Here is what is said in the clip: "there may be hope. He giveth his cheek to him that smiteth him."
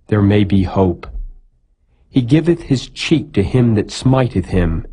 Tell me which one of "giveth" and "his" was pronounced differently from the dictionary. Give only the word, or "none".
none